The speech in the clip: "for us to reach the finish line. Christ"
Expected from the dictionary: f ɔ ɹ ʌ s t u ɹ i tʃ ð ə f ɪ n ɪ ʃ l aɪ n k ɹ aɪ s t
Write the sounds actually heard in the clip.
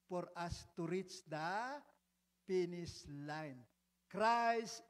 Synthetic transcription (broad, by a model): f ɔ ɹ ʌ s t u ɹ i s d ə p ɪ n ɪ s l aɪ n k ɹ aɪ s